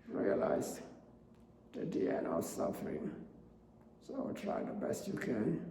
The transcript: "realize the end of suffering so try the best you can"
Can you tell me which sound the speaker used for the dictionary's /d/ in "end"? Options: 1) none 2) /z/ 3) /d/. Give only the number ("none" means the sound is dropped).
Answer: 1